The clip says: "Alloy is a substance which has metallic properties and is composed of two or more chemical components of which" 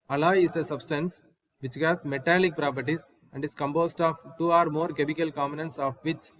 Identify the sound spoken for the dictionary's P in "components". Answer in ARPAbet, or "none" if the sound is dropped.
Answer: none